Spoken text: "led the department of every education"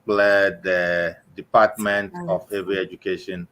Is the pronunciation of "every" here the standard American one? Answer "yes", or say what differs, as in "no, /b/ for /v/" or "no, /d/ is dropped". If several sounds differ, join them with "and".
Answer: no, /ɹ/ is dropped